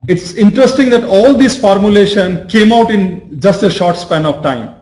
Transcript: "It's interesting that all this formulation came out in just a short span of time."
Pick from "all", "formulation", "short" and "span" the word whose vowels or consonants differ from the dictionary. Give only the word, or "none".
none